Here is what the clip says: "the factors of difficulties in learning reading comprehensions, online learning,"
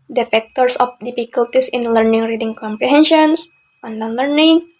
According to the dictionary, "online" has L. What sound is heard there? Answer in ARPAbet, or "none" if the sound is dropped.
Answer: none